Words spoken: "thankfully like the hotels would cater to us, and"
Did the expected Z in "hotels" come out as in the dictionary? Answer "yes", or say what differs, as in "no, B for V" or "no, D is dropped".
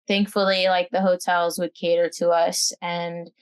yes